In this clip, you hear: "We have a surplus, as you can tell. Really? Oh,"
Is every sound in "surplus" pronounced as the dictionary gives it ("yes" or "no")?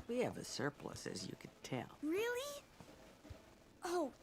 yes